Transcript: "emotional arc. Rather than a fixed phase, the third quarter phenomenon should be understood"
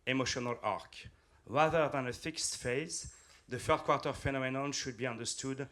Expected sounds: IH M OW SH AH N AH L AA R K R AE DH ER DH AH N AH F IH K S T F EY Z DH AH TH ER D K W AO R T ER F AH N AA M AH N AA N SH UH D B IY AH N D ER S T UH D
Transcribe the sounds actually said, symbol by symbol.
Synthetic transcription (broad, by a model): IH M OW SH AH N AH L AA R K R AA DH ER DH AH N AH F IH K S T F EY Z DH AH F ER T K W AO R T ER F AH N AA M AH N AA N SH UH D B IY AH N D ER S T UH D